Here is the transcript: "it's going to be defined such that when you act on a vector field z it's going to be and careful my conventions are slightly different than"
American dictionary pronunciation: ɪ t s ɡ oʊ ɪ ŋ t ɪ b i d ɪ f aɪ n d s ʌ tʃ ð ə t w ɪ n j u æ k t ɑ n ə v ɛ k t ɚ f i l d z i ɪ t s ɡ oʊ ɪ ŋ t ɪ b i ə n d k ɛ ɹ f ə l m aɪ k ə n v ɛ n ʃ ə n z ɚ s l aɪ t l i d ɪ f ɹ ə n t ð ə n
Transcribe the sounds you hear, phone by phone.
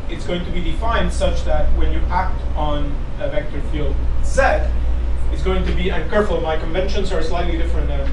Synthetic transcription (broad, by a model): ɪ t s ɡ oʊ ɪ ŋ t ɪ b i d ɪ f aɪ n d s ʌ tʃ ð ə t w ɪ n j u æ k t n ə v ɛ k t ɚ f i l d s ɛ ɪ t s ɡ oʊ ɪ ŋ t ɪ b i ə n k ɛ ɹ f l m aɪ k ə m v ɛ n ʃ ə n z ɚ s l aɪ t l i d ɪ f ɹ ə n t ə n